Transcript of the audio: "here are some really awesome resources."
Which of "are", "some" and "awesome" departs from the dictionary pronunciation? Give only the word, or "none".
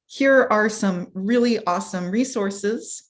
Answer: none